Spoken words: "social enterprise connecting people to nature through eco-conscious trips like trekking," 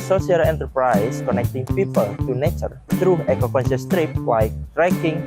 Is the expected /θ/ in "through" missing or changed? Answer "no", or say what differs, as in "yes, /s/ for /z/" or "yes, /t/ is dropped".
yes, /t/ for /θ/